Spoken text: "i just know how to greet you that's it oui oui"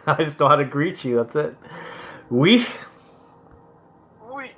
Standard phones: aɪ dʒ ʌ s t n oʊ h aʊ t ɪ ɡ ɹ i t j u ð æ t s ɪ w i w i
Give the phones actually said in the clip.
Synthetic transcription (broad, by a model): aɪ dʒ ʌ s n oʊ h aʊ t ɪ ɡ ɹ i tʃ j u ð æ t s ɪ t w i